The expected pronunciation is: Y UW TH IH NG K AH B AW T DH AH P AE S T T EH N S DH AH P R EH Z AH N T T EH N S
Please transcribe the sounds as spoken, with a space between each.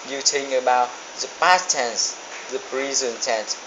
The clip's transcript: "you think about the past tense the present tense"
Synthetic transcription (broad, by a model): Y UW T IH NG AH B AW T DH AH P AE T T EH N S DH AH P R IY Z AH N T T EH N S